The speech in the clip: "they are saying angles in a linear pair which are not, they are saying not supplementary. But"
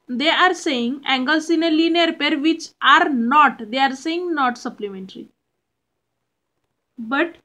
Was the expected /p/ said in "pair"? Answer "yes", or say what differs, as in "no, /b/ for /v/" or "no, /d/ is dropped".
yes